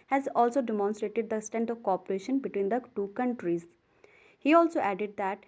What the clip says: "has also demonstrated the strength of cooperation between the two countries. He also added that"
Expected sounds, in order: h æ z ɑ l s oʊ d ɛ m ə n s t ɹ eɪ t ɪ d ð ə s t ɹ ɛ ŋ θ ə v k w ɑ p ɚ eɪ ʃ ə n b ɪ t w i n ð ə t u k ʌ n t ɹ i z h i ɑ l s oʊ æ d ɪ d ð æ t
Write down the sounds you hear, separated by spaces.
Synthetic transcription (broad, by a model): h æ z ɑ l s oʊ d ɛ m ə n s t ɹ eɪ t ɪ d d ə s t ɛ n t ə v k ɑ p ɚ eɪ ʃ ə n b ɪ t w i n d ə t u k ʌ n t ɹ i z h i ɑ l s oʊ æ d ɪ d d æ t